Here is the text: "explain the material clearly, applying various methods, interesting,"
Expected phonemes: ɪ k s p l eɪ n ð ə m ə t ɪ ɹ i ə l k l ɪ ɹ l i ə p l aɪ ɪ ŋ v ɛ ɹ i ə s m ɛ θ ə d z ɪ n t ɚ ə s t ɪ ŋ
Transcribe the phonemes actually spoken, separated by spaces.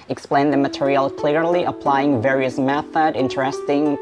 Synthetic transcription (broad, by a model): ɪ k s p l eɪ n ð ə m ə t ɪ ɹ i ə l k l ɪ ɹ l i ə p l aɪ ɪ ŋ v ɛ ɹ i ə s m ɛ θ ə d ɪ n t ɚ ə s t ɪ ŋ